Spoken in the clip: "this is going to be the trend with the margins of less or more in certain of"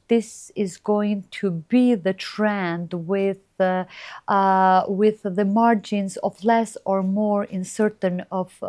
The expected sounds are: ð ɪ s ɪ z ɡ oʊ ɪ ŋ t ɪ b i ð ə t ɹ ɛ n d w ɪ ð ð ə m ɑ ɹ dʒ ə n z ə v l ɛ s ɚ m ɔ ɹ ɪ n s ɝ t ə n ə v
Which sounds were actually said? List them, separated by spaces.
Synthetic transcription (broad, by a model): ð ɪ s ɪ z ɡ oʊ ɪ ŋ t ɪ b i ð ə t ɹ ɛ n d w ɪ ð ð ə m ɑ ɹ dʒ ə n z ə v l ɛ s ɚ m ɔ ɹ ɪ n s ɝ t ə n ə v